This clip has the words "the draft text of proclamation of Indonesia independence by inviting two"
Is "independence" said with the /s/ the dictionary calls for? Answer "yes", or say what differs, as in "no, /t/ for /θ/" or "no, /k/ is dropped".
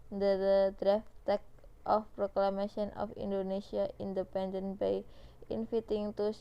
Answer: no, /s/ is dropped